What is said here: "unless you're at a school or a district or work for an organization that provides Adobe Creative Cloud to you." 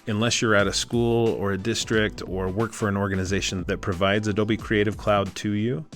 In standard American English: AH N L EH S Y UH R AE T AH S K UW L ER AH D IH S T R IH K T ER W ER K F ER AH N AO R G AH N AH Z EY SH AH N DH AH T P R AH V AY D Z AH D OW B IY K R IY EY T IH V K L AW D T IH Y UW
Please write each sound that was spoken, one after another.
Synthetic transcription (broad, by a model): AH N L EH S Y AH R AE T AH S K UW L ER AH D IH S T R IH K T ER W ER K F ER AH N AO R G AH N AH Z EY SH AH N DH AH T P R AH V AY D Z AH D OW B IY K R IY EY T IH V K L AW D T IH Y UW